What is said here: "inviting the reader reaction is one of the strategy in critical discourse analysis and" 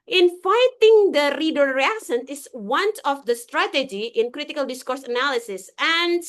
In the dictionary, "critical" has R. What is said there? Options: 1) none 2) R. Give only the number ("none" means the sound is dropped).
2